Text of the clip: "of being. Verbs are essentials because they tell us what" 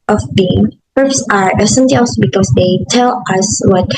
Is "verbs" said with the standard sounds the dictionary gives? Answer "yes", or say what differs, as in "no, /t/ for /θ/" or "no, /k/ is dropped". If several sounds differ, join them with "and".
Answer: no, /p/ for /v/